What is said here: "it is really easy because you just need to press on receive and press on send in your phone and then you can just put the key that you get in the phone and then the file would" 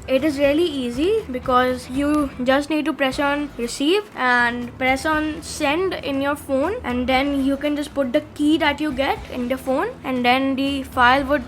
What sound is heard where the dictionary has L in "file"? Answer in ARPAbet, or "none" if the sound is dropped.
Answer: L